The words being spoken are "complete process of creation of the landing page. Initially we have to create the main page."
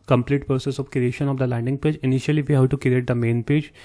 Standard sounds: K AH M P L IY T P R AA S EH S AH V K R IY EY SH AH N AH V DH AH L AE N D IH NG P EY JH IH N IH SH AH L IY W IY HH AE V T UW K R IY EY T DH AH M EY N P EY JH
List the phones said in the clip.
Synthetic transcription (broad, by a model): K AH M P L IY T P R S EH S AH V K R IY EY SH AH N AH V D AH L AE N D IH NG P EY JH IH N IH SH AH L IY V IY HH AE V T UW K R IY EY T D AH M EY N P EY JH